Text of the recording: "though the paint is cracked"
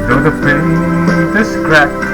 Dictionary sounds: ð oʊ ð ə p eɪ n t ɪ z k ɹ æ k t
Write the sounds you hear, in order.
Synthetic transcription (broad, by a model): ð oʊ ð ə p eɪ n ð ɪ s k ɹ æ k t